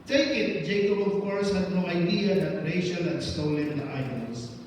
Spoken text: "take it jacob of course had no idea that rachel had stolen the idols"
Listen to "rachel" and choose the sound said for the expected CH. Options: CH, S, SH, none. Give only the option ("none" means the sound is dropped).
SH